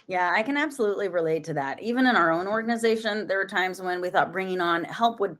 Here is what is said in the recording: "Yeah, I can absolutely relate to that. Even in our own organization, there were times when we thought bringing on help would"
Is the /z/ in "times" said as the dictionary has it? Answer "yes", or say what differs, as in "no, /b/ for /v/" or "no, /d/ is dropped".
yes